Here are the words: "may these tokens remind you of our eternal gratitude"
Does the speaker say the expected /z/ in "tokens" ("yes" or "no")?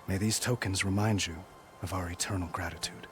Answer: yes